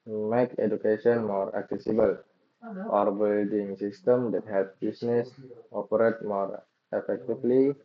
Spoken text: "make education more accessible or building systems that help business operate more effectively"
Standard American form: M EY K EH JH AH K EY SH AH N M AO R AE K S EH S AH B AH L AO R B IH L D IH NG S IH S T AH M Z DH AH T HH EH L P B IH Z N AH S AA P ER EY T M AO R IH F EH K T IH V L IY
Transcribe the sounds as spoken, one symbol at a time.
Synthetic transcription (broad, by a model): M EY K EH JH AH K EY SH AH N M AO R AE K S EH S AH B AH L AO R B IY L D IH NG S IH S T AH M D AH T HH EH L P B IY S N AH S AA P ER EY T M AO R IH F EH K T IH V L IY